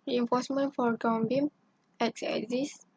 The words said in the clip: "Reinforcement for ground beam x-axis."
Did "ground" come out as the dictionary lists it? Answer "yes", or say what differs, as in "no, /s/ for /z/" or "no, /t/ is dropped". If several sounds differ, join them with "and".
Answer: no, /ɹ/ is dropped